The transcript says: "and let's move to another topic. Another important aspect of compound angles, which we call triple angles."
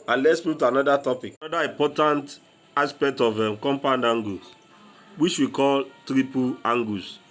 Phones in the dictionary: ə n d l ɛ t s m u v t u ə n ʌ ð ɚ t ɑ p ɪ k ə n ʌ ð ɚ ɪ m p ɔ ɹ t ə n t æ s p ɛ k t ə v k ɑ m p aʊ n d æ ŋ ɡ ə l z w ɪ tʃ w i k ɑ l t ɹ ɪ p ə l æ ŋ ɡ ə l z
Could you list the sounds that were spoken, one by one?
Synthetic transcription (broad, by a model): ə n l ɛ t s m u t u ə n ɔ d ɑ t ɑ p ɪ k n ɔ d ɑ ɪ m p ɔ t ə n t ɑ s p ɛ k t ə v k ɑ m p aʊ n d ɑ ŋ ɡ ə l w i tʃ w i k ɑ l t ɹ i p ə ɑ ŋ ɡ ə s